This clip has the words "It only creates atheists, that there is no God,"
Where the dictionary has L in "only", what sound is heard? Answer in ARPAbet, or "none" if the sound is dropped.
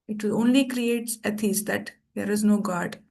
L